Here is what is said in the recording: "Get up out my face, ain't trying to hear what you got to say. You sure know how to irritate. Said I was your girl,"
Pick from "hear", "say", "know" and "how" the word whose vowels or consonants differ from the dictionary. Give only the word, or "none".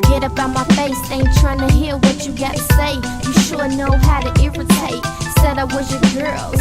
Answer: hear